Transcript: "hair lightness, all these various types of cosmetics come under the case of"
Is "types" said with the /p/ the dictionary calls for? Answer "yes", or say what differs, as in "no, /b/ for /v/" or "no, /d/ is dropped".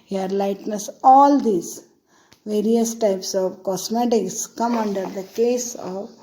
yes